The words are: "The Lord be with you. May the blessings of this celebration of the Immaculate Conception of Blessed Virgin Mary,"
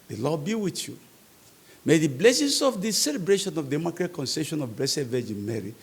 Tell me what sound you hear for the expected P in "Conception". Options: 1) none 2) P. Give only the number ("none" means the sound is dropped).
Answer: 1